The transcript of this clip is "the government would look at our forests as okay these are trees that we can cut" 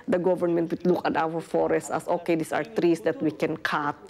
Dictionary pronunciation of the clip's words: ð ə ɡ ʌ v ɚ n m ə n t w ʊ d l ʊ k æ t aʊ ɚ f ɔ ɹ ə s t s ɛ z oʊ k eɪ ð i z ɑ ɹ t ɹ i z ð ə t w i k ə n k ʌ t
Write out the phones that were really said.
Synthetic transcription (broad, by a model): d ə ɡ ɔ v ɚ n m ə n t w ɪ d l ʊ k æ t aʊ ɚ f ɔ ɹ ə s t ɛ s oʊ k eɪ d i s ɑ ɹ t ɹ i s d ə t w i k ə n k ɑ t